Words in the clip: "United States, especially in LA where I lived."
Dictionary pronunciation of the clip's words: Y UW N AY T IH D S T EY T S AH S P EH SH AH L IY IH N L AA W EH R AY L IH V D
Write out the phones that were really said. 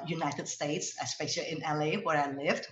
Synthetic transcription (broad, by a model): Y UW N AY T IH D S T EY T S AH S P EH AH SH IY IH N L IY W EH R AY L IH V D